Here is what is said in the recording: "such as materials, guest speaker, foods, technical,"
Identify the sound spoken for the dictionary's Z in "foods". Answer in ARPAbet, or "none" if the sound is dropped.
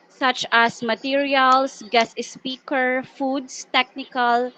S